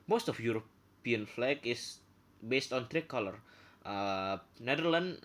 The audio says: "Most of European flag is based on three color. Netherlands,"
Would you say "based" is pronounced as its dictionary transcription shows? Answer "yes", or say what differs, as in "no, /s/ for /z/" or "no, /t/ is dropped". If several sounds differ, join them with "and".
yes